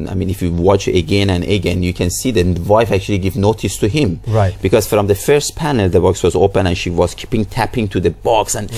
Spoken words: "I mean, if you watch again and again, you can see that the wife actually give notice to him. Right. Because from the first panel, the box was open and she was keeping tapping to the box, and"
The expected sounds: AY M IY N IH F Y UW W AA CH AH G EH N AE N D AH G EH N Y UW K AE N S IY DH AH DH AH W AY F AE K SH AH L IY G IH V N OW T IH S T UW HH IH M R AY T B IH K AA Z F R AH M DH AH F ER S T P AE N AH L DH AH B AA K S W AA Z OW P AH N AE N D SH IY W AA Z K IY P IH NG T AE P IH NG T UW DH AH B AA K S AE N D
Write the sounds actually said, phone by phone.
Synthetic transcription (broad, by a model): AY M IY N IH F Y UW W AA CH AH G EH N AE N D AH G EH N Y UW K AE N S IY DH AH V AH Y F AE K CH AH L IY G IH V N OW T IH S T UW HH IH M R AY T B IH K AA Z F R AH M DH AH F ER S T P AE N AH L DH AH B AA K S W AA Z OW P AH N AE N SH IY W AA Z K IY P IH NG T AE P IH NG T UW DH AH B AA K S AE N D